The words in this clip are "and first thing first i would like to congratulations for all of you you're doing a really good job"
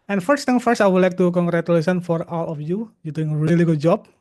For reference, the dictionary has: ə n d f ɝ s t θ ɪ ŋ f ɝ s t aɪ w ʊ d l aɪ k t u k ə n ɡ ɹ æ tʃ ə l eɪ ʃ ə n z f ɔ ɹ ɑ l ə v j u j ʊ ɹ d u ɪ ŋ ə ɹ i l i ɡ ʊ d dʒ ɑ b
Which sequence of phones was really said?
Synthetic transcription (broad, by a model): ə n f ɝ s t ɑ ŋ f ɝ s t aɪ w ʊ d l aɪ k t u k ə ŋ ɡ ɹ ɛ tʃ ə l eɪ s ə n f ɔ ɹ ɑ l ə f j u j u d u ɪ ŋ ə ɹ i l i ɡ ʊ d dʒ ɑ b